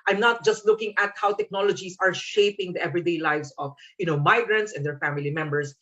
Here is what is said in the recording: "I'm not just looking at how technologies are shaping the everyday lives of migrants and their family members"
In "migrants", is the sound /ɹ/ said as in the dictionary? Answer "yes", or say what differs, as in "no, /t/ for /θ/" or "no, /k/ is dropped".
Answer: yes